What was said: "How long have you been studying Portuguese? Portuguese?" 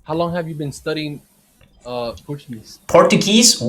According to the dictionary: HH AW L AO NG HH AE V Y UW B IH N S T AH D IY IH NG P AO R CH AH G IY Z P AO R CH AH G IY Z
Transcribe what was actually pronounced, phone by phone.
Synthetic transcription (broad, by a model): HH AW L AO NG HH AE V Y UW B IH N S T AH D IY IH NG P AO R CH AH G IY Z P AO R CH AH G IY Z